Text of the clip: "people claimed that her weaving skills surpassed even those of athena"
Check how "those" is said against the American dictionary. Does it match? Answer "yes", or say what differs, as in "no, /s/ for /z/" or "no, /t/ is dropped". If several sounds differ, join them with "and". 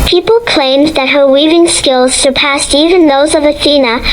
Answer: yes